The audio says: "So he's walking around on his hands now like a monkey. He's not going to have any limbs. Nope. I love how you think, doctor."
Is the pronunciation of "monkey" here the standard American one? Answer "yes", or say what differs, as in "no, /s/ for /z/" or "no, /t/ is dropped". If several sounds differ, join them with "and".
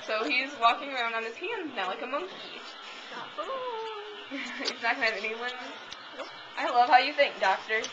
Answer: yes